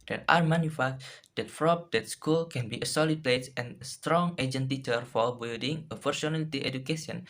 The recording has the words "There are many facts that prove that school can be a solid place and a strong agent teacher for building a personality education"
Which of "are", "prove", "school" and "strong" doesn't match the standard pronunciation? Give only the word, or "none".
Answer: prove